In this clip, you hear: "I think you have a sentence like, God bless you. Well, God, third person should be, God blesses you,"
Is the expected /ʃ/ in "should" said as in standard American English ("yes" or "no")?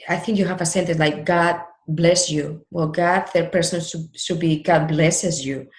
no